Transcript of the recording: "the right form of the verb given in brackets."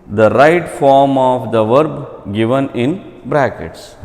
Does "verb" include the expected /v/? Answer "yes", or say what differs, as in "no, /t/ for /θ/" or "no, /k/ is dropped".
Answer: yes